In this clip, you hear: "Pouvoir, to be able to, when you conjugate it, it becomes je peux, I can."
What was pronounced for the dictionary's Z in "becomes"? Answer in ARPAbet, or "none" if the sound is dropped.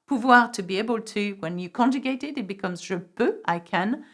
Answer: Z